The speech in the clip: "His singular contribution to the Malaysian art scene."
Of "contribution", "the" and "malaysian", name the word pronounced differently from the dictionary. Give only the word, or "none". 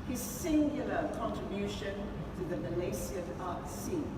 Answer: malaysian